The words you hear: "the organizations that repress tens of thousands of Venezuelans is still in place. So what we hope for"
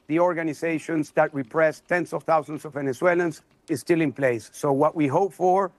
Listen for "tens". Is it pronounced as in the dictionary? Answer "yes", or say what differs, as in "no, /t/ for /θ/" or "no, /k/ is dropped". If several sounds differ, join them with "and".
no, /s/ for /z/